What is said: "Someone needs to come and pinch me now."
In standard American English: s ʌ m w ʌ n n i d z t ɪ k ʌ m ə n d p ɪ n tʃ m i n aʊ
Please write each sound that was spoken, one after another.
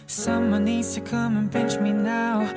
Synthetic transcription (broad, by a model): s ʌ m w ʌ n n i d z t ɪ k ʌ m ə n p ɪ n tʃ m i n aʊ